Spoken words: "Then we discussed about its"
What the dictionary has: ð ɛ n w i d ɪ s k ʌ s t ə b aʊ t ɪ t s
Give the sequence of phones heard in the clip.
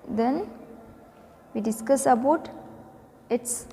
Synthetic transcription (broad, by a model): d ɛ n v i d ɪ s k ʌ s ə b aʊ t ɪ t s